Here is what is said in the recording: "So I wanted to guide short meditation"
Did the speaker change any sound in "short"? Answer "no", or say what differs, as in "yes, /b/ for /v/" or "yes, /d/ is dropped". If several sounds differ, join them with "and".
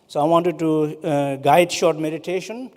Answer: no